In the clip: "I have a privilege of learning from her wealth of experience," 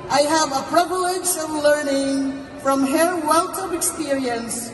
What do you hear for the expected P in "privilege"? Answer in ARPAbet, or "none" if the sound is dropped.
P